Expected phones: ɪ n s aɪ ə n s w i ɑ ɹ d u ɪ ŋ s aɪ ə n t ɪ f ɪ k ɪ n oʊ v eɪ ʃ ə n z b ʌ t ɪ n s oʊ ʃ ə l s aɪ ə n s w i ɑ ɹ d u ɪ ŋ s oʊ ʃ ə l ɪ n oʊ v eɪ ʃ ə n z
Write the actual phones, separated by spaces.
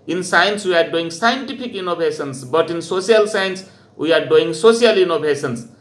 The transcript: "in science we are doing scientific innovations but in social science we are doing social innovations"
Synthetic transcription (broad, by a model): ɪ n s aɪ ə n s w i ɑ ɹ d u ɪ ŋ s aɪ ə n t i p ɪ k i n oʊ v eɪ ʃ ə n s b ʌ t ɪ n s oʊ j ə l s aɪ ə n s w i ɑ ɹ d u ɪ ŋ s oʊ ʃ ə l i n oʊ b eɪ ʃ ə n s